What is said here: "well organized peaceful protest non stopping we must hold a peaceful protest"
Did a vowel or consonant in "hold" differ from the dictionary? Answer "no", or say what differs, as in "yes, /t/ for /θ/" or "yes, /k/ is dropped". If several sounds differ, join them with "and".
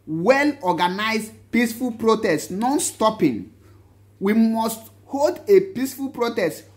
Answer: no